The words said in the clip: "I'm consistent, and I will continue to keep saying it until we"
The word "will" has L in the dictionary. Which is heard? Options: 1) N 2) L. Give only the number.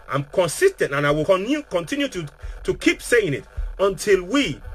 1